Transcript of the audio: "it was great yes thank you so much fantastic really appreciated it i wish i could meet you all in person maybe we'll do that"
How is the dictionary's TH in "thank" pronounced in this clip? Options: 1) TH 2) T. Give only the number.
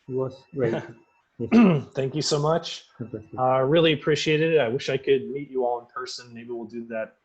1